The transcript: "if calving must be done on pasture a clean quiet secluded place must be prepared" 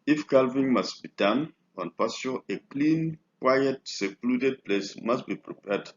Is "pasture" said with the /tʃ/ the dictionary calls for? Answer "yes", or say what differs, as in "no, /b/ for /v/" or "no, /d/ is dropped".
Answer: no, /tʃ/ is dropped